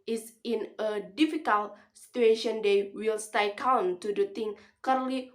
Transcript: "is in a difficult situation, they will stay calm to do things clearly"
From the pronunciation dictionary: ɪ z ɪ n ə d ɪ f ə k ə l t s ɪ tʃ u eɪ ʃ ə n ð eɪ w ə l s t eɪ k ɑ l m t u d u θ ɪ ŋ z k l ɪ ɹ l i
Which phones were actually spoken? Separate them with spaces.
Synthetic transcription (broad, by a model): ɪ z ɪ n ə d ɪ f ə k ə l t s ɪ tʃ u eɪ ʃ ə n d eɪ w ə l s t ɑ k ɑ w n t u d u t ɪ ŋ k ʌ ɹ l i